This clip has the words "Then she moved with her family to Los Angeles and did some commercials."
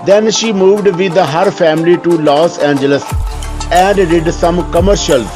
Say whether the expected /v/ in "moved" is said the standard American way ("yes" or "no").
yes